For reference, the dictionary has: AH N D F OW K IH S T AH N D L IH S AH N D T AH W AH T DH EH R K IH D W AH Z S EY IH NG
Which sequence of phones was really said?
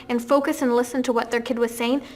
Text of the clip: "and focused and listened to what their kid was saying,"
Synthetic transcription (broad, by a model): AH N F OW K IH S AH N L IH S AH N T AH W AH T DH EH R K IH D W AH Z S EY IH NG